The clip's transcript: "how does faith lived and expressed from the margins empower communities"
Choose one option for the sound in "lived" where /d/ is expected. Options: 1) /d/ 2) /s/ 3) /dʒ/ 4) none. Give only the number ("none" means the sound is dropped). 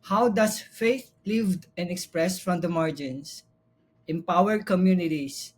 1